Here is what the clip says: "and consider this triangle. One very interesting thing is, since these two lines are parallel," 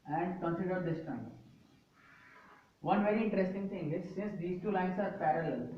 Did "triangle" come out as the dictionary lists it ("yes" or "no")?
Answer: no